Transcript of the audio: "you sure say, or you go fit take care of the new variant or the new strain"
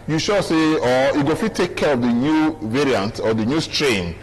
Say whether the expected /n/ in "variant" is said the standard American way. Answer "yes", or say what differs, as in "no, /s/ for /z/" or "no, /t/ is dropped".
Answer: yes